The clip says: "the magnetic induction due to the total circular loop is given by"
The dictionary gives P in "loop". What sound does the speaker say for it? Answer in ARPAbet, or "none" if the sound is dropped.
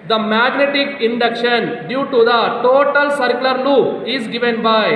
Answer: none